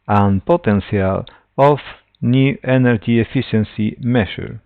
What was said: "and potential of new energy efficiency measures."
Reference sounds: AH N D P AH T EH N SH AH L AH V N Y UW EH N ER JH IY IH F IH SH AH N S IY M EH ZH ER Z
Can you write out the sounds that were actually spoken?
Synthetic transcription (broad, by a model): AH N P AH T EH N S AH L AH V N Y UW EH N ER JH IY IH F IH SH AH N S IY M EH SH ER